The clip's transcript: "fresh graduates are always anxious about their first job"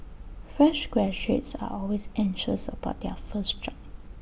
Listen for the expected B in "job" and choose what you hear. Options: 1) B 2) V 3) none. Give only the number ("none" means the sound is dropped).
3